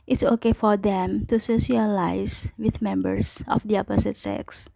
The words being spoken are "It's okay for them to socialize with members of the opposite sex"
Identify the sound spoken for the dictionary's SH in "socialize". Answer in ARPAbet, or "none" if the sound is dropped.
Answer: S